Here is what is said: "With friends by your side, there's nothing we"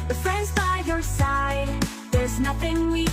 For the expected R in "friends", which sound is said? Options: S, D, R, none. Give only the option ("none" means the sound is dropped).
R